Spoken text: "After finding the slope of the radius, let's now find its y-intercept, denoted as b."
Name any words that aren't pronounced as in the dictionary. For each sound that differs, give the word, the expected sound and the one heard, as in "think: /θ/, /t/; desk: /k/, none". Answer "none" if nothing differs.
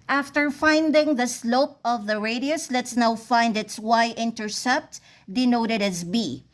none